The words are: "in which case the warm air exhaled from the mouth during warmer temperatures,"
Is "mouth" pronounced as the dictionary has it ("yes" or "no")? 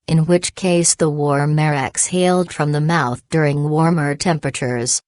yes